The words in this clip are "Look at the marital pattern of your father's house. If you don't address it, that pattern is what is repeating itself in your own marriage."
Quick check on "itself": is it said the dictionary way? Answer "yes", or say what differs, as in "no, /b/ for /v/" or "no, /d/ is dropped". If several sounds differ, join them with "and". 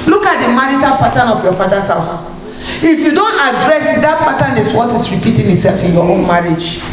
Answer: yes